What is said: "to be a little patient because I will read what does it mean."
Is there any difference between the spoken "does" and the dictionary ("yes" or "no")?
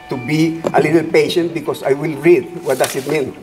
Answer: yes